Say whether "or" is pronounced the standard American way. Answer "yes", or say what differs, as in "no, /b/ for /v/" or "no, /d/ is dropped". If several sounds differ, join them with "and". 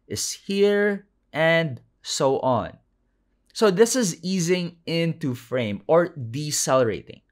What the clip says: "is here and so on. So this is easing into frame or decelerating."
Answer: yes